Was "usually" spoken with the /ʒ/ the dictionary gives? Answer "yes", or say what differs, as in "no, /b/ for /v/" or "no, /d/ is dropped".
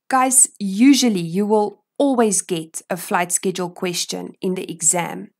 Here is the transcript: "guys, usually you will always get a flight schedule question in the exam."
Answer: yes